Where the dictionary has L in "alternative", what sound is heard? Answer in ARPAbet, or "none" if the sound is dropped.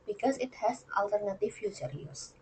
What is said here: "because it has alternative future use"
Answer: L